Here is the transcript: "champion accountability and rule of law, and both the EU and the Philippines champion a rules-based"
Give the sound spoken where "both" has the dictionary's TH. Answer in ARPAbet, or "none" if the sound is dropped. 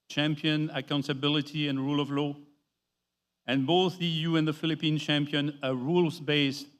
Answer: TH